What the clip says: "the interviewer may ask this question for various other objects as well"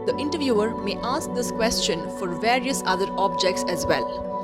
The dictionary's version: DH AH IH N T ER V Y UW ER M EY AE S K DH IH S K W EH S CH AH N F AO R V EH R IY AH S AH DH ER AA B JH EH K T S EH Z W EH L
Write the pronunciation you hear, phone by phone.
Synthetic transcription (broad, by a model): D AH IH N T ER V Y UW ER M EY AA S K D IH S K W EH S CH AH N F AO R V EH R IY AH S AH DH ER AA B JH EH K T S EH Z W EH L